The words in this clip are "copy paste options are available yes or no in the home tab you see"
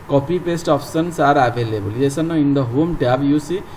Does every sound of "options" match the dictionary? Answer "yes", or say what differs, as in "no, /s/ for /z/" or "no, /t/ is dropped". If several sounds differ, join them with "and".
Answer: no, /s/ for /ʃ/ and /s/ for /z/